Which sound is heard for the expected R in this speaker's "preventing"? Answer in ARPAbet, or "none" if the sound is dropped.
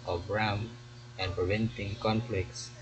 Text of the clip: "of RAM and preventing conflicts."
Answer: R